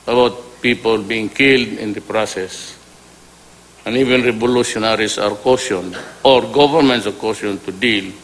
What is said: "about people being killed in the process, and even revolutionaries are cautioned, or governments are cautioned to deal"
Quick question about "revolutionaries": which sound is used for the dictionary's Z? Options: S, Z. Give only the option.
S